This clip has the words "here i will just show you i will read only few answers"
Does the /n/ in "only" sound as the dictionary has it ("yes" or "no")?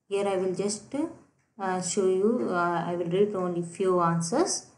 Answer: yes